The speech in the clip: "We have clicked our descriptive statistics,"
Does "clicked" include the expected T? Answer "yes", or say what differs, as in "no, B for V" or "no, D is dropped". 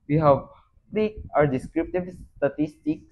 no, T is dropped